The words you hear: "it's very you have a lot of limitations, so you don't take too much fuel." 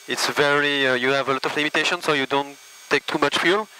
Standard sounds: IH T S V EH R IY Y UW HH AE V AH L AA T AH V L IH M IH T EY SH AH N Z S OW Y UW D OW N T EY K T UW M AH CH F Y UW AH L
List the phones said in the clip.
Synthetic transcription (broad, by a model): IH T S V EH R IY Y UW HH AE V AH L AA T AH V L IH M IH T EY SH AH N S OW Y UW D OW N T EY K T UW M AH CH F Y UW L